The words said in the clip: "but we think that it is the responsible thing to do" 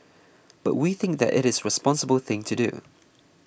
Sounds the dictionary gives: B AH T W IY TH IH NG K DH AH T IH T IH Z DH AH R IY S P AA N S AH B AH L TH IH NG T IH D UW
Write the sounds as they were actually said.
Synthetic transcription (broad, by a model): B AH T W IY TH IH NG K DH AH T IH T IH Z R IY S P AA N S AH B AH L TH IH NG T IH D UW